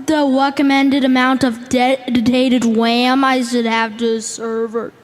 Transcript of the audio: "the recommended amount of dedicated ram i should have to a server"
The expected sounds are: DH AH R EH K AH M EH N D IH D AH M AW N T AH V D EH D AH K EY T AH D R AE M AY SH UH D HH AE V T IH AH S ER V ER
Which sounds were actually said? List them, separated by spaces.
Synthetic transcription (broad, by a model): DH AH R EH K AH M EH N D IH D AH M AW N T AH V D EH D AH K EY T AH D W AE M AY SH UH D HH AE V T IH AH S ER V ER